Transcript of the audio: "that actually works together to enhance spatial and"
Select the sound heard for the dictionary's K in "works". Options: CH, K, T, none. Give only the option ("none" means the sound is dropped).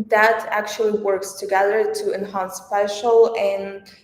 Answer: K